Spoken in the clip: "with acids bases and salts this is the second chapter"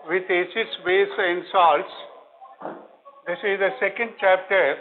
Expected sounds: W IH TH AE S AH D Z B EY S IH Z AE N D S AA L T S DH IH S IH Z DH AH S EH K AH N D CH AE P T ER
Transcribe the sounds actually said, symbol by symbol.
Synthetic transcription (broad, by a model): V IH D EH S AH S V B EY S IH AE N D S AA L T S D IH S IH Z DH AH S EH K AH N D CH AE P T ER